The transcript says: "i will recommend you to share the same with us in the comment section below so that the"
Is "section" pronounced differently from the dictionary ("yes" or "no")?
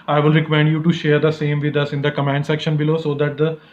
no